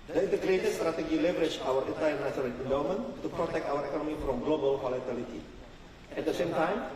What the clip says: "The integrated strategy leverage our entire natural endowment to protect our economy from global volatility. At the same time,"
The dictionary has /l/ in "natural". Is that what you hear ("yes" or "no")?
no